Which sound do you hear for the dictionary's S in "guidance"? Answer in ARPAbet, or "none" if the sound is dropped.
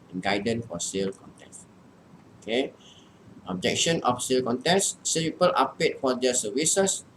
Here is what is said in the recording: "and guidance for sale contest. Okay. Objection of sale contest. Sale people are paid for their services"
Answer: none